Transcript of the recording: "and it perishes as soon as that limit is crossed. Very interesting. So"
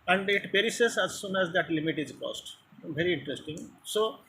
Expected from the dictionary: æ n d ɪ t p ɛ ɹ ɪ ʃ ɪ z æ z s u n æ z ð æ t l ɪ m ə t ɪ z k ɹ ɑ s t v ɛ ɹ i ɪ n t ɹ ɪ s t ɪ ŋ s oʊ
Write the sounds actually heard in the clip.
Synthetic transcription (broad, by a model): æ n d ɪ t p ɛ ɹ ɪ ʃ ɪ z æ z s u n æ z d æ t l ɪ m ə t ɪ z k ɑ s t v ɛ ɹ i ɪ n t ɹ ɪ s t ɪ ŋ s oʊ